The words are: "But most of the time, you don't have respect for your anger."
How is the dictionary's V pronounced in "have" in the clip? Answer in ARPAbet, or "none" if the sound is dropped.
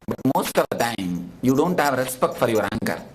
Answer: V